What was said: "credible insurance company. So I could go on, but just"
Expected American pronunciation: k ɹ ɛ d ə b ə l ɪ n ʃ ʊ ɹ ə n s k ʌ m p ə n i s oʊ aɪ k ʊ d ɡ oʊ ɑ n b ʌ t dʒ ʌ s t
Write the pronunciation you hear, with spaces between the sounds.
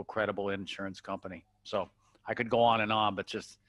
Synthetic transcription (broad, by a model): k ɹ ɛ d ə b l ɪ n ʃ ʊ ɹ ə n s k ʌ m p ə n i s oʊ aɪ k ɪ d ɡ oʊ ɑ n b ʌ t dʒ ʌ s t